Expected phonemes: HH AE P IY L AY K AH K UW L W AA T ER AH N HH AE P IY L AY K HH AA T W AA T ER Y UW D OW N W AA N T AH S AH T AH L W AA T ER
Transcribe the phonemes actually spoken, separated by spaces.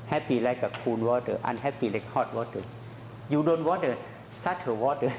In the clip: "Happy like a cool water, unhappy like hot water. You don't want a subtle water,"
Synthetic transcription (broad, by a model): HH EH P IY L AY K AH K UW N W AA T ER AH N HH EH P IY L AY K HH AA T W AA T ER Y UW D OW N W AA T AH S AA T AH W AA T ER